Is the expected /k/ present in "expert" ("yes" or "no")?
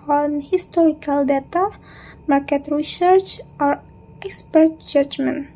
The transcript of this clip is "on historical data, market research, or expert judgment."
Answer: yes